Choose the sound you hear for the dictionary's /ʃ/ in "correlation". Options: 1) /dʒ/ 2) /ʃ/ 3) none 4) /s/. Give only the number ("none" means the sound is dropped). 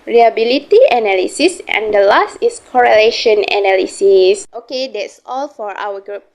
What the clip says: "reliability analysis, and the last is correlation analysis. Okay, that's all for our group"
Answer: 2